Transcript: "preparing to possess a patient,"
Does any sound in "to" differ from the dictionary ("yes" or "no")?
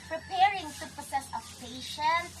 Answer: yes